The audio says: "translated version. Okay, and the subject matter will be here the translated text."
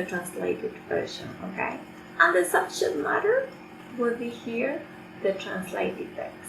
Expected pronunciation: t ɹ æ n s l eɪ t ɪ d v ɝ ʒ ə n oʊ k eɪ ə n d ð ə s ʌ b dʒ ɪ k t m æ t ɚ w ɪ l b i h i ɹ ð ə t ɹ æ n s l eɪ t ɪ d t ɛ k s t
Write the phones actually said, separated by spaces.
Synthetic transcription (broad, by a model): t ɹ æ n s l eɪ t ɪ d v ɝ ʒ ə n oʊ k eɪ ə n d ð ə s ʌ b ʃ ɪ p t m æ t ɚ w ɪ l b i h i ɹ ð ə t ɹ æ n s l eɪ t ɪ d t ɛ